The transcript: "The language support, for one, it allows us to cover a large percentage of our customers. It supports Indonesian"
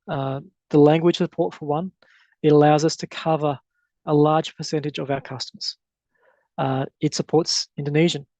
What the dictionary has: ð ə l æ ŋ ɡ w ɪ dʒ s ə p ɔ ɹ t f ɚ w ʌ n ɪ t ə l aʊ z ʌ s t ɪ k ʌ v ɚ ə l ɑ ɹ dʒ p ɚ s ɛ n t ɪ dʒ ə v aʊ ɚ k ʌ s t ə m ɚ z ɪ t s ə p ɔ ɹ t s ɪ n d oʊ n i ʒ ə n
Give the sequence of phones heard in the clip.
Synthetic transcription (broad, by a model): ð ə l æ ŋ ɡ w ɪ dʒ s ə p ɔ ɹ t f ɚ w ʌ n ɪ t ə l aʊ z ʌ s t ɪ k ʌ v ɚ ə l ɑ ɹ dʒ p ɚ s ɛ n t ɪ dʒ ə v aʊ ɚ k ʌ s t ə m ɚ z ɪ t s ə p ɔ ɹ t s ɪ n d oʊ n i ʒ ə n